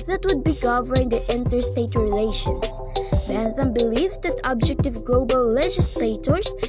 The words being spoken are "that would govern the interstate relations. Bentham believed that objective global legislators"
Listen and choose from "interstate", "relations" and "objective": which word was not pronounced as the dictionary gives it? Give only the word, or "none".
relations